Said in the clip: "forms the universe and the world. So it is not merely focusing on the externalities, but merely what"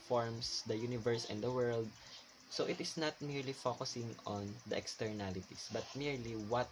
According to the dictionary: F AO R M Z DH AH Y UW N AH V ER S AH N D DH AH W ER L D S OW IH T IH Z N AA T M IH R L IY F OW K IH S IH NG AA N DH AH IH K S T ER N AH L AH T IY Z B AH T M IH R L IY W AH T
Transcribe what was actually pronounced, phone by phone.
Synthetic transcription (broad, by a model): F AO R M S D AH Y UW N AH V ER S AH N D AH W ER L D S OW IH T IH S N AA T M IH R L IY F OW K IH S IH NG AA N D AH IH K S T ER N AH L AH T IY S B AH T M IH R L IY W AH T